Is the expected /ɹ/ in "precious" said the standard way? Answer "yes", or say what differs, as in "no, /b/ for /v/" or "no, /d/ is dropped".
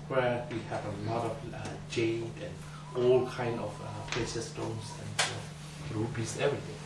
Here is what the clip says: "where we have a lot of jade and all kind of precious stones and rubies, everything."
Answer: no, /ɹ/ is dropped